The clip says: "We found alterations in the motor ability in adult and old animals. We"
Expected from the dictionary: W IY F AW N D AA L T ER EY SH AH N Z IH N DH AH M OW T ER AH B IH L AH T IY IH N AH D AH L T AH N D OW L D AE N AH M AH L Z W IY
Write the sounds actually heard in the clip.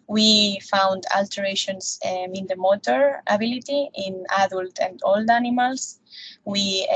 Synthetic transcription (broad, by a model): W IY F AW N D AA L T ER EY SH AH N S IH N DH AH M OW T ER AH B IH L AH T IY IH N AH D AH L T AH N D OW L D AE N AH M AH L S W IY